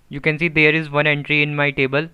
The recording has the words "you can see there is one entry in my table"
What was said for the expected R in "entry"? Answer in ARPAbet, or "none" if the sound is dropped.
R